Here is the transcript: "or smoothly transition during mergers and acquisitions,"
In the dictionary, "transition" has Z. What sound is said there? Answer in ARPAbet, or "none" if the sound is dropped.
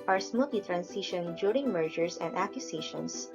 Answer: S